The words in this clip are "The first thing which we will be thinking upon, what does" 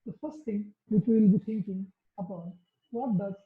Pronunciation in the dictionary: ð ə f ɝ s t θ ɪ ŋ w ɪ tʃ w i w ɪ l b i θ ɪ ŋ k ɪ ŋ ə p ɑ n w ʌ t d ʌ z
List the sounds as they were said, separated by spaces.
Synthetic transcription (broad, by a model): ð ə f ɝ s t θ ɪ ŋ w ɪ tʃ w w ɪ l b i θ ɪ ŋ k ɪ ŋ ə b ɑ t w ʌ t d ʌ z